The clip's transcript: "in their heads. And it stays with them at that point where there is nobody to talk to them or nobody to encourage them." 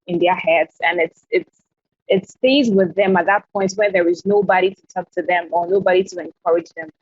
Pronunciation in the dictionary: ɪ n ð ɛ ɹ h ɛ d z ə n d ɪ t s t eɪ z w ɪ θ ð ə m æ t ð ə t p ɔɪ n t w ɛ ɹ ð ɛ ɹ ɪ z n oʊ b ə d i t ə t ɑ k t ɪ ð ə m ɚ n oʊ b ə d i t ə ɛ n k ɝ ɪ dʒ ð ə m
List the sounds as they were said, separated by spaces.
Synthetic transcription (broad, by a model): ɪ n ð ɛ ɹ h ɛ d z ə n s ɪ t s t eɪ z w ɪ ð ə m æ t ð ə t p ɔɪ n t w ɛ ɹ ð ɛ ɹ ɪ z n oʊ b ə d i t ə t ɑ k t ɪ ð ə m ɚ n oʊ b ə d i t ə ɛ n k ɝ ɪ dʒ ð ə m